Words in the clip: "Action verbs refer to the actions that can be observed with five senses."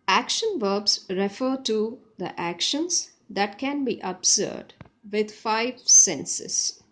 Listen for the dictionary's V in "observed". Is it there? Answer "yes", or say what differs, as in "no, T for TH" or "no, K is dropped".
no, V is dropped